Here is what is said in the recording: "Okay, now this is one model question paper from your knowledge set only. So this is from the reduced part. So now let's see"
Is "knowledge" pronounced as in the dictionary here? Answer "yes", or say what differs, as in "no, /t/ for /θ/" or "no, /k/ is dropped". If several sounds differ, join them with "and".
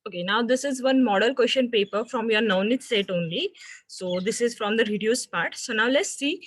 no, /n/ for /l/